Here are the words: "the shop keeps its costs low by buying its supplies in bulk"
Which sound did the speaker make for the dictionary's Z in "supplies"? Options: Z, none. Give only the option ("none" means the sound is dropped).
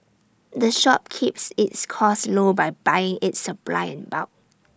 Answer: none